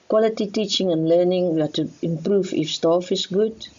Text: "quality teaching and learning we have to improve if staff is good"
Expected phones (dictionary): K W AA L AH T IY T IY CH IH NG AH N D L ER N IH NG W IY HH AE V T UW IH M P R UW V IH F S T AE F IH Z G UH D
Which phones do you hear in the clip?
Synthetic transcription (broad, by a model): K W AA L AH T IY T IY CH IH NG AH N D L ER N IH NG W IY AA T UW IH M P R UW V IH F S T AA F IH S G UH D